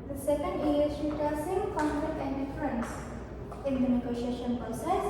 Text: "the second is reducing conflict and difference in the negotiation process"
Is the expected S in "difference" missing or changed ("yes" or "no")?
no